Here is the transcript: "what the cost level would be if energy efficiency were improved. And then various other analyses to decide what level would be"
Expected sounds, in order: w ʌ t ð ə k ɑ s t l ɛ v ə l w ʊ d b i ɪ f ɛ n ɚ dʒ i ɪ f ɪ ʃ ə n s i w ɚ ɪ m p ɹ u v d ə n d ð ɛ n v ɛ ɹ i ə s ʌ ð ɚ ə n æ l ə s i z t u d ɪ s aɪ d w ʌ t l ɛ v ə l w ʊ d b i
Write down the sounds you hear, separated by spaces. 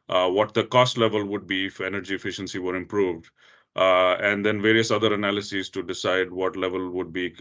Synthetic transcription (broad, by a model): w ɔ t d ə k ɑ s t l ɛ v ə l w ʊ d b i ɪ f ɛ n ɚ dʒ i ɪ f ɪ ʃ ə n s i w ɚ ɪ m p ɹ u v d ə n d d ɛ n v ɛ ɹ i ə s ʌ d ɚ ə n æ l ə s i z t u d ɪ s aɪ d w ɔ t l ɛ v ə l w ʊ d b i